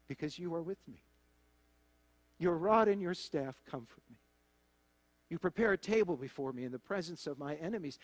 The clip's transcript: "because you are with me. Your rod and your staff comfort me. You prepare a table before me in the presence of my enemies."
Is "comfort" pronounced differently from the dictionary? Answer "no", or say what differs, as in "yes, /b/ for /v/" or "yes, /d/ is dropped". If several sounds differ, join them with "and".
no